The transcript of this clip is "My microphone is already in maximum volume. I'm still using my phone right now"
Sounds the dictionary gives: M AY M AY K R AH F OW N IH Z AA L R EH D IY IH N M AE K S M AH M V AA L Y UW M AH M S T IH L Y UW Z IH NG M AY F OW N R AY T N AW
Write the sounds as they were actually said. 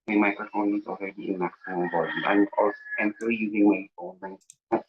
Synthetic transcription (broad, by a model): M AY M AY K R AH F OW N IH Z AA L R EH D IY IH N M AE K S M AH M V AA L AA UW M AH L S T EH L Y UW Z IH NG M AY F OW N L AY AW